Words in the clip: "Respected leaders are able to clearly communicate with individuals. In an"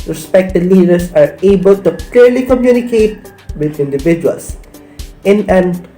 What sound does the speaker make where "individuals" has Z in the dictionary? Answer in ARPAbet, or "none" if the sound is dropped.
S